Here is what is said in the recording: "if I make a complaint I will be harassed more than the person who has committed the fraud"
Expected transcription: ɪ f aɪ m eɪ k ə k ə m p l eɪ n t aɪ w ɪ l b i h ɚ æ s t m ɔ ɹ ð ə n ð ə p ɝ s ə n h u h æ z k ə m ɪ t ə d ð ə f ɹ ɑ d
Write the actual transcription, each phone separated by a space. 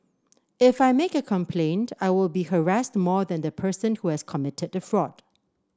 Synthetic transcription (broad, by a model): ɪ f aɪ m eɪ k ə k ə m p l eɪ n t aɪ w ɪ l b i h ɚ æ s t m ɔ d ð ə n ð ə p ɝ s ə n h u h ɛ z k ə m ɪ t ə d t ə f ɹ ɑ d